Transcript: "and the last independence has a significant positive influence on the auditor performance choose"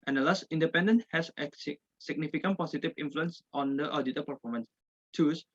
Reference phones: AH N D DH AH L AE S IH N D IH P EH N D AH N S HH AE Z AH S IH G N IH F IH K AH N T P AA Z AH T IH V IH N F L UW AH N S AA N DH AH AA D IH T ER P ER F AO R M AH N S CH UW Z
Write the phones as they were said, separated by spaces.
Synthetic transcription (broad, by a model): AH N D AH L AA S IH N D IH P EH N D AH N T HH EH S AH S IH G N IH F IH K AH N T P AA S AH T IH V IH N F L UW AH N S AA N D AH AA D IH T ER P ER F AO R M AH N S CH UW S